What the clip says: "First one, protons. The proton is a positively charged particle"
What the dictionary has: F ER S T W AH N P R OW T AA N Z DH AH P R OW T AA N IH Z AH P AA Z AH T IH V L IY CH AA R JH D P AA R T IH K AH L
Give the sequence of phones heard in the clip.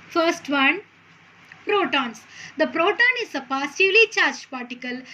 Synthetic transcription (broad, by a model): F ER S T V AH N P R OW T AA N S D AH P R OW T AA N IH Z AH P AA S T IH L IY CH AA R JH P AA R T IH K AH L